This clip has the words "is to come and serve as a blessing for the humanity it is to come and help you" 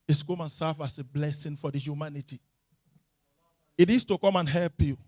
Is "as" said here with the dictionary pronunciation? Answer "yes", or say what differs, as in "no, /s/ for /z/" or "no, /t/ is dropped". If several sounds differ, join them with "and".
no, /s/ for /z/